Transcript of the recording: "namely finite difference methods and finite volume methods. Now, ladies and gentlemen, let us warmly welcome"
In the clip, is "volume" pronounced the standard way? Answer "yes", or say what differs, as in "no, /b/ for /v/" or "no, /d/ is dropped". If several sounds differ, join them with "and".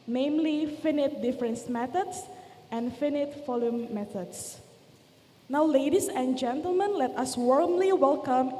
no, /f/ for /v/